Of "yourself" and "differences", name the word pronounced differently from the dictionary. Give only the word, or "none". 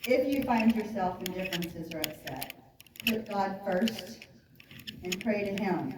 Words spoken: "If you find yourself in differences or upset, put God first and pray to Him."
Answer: none